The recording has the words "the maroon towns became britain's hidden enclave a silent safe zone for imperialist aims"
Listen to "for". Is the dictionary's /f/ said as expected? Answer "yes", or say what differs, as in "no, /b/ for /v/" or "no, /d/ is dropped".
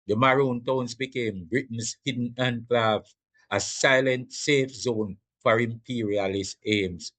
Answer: yes